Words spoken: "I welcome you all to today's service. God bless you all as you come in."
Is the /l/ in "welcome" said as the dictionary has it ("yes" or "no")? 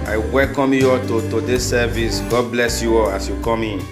yes